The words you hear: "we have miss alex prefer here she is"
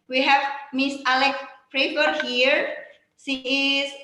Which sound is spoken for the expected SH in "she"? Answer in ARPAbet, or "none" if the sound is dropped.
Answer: S